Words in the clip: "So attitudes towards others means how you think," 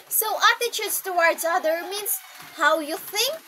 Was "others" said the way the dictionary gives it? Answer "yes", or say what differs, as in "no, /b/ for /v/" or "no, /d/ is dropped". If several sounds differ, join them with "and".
no, /z/ is dropped